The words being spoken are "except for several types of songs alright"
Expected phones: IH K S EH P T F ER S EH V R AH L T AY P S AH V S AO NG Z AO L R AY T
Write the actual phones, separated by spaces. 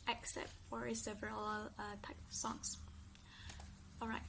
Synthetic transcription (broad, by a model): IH K S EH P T F ER S EH V R AH L T AY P AH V S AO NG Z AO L R AY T